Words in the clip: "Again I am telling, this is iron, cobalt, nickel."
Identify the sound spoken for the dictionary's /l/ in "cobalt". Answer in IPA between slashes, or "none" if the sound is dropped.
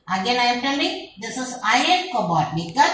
none